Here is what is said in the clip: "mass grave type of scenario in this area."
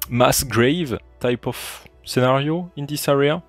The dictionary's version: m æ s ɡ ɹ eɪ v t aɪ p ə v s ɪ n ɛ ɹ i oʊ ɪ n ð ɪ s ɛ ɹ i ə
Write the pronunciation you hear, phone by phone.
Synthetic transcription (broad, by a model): m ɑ s ɡ ɹ eɪ v t aɪ p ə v s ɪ n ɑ ɹ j oʊ ɪ n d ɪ s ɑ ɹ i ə